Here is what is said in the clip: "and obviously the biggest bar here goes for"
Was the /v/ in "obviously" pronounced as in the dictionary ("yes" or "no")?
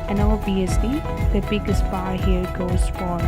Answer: no